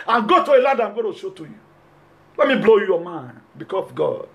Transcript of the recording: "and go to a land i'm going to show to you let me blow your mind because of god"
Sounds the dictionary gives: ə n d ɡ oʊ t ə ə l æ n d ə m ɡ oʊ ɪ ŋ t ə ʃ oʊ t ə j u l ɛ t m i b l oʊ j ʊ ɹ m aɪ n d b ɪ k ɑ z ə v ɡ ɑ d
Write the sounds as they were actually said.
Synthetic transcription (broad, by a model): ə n ɡ oʊ t ə ə l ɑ d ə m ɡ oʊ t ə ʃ oʊ t ə j u l ɛ t m i b l oʊ j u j m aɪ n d b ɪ k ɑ s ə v ɡ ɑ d